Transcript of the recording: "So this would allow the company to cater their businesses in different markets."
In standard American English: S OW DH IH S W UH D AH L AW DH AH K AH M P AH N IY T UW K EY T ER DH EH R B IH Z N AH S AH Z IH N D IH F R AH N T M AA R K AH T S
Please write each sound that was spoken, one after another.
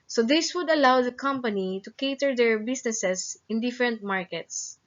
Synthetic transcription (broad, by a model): S OW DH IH S W UH D AH L AW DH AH K AH M P AH N IY T UW K EY T ER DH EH R B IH S N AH S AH S IH N D IH F R AH N T M AA R K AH T S